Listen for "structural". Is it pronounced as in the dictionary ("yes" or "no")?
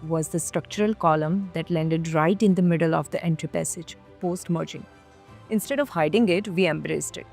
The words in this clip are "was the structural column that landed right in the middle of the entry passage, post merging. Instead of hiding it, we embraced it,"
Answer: yes